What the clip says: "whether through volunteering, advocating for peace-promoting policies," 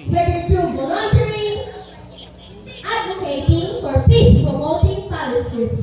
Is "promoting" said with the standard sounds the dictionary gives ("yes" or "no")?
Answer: no